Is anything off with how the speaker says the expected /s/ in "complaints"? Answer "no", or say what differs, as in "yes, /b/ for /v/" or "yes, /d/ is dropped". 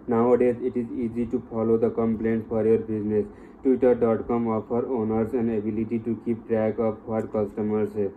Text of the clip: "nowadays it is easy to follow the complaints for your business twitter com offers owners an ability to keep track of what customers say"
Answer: yes, /s/ is dropped